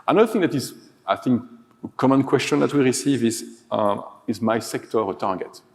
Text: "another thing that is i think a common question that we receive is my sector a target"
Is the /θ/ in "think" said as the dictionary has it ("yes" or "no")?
yes